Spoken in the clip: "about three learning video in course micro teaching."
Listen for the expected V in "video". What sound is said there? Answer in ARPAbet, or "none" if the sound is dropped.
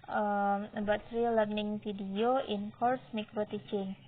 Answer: F